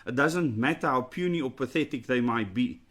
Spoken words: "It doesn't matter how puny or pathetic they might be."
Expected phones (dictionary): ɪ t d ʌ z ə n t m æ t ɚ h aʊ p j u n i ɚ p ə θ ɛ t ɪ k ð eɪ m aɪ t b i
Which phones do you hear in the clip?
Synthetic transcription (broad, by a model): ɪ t d ʌ z ə n t m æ t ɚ h aʊ p j u n i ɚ p ə θ ɛ t ɪ k ð eɪ m aɪ t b i